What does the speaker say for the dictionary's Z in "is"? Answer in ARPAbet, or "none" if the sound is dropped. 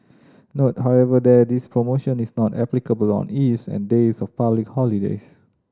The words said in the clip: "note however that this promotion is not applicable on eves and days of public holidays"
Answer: S